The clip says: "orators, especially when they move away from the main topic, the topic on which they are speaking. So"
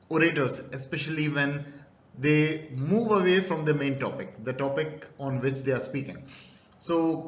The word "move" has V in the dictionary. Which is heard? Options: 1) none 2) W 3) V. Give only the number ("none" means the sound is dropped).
3